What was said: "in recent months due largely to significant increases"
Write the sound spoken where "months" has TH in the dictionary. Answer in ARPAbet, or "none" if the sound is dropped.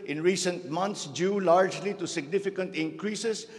T